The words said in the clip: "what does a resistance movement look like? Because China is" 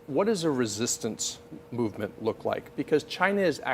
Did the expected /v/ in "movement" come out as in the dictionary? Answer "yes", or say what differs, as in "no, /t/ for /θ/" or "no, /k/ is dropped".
yes